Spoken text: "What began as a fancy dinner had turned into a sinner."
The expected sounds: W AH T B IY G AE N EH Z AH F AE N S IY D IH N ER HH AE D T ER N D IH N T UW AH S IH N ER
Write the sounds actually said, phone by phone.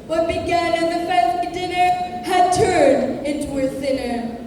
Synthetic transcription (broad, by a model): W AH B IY G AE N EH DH AH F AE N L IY D IH N ER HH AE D T ER N D IH N T UW AH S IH N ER